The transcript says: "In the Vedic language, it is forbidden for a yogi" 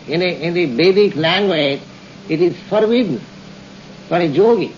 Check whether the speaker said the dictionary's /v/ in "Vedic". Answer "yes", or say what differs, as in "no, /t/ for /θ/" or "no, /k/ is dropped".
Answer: no, /b/ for /v/